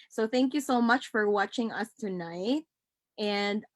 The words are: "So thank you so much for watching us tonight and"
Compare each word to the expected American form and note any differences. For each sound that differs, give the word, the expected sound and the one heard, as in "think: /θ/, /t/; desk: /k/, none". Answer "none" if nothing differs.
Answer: none